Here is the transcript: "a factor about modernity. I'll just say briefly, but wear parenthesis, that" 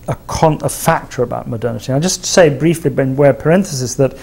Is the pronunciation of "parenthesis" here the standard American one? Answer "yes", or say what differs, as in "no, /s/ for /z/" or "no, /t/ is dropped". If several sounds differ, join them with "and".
yes